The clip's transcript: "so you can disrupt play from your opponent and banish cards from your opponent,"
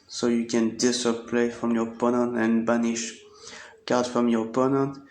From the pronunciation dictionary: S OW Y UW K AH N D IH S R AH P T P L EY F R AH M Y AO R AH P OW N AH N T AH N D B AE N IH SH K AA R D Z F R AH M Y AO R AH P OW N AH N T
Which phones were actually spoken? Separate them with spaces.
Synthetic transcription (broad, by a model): S OW Y UW K AH N D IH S AH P P L EY F R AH M Y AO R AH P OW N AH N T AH N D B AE N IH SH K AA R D F R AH M Y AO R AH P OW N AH N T